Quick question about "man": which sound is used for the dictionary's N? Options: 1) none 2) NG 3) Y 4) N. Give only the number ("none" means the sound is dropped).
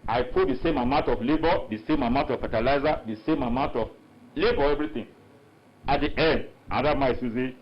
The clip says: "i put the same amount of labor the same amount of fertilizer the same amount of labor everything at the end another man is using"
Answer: 1